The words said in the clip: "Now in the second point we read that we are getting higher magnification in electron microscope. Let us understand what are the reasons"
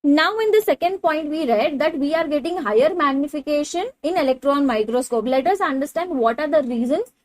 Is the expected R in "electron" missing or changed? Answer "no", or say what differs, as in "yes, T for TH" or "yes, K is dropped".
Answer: no